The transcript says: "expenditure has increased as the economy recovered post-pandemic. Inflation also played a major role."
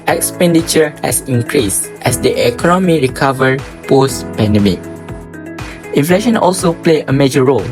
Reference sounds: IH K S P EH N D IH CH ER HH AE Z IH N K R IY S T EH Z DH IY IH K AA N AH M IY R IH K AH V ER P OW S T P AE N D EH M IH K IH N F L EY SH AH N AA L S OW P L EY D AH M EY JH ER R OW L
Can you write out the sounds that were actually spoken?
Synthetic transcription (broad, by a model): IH K S P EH N D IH CH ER HH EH S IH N K R IY S T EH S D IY IH K AA N AH M IY R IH K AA V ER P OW S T P AE N D EH M IH K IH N F L EY SH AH N AA L S OW P L EY AH M EY JH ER R OW L